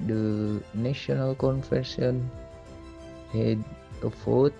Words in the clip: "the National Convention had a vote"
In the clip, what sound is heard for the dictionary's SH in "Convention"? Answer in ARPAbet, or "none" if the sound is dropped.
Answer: S